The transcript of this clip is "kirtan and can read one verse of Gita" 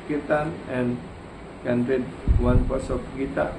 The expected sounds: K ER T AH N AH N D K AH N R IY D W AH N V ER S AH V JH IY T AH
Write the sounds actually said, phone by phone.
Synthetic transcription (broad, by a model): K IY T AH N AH N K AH N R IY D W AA N P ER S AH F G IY T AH